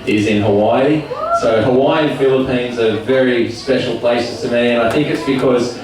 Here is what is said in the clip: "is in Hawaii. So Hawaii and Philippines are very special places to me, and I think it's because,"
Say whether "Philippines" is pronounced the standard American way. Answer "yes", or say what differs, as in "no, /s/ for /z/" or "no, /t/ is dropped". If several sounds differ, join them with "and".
yes